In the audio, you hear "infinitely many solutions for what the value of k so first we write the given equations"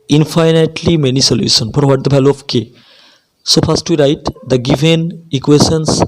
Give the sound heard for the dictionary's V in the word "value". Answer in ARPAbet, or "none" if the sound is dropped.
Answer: B